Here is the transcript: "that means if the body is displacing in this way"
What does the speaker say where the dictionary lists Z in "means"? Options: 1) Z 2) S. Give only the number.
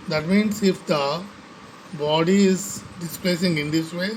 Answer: 2